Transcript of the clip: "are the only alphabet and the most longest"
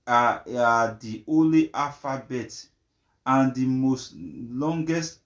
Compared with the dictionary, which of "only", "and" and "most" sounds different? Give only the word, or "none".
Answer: only